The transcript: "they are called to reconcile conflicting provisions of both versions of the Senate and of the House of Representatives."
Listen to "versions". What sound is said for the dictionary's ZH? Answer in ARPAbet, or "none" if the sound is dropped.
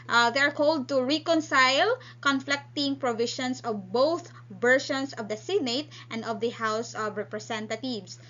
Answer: SH